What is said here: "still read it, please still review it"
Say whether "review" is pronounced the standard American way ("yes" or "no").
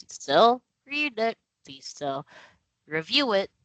yes